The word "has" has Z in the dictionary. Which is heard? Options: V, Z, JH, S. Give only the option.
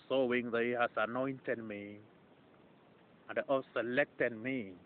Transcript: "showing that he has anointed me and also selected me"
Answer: S